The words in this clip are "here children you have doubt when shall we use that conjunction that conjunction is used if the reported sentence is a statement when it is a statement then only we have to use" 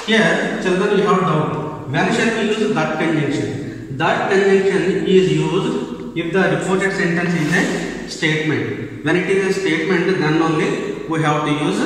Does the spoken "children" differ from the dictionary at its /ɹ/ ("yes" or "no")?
yes